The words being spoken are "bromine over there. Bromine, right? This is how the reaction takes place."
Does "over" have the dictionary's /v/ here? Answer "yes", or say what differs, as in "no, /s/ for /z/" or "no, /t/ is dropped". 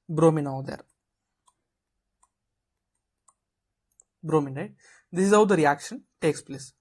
no, /v/ is dropped